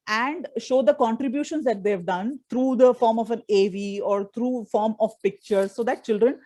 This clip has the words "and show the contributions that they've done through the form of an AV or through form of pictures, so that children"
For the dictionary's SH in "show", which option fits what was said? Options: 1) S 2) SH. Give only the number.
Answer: 2